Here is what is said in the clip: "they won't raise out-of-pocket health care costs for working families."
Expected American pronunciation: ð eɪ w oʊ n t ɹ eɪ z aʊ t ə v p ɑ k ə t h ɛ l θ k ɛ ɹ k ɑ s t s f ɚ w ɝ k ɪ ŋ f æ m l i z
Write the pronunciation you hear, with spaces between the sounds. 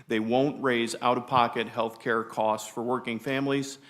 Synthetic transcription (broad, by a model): ð eɪ w oʊ n t ɹ eɪ z aʊ t ə v p ɑ k ə t h ɛ l θ k ɛ ɹ k ɑ s t s f ɚ w ɝ k ɪ ŋ f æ m l i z